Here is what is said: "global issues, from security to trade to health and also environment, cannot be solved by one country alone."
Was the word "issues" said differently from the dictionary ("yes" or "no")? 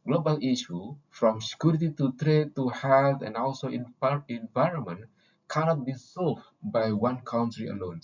yes